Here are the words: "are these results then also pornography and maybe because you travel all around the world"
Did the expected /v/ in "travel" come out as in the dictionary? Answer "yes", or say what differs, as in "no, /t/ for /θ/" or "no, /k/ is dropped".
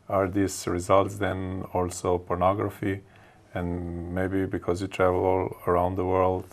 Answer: yes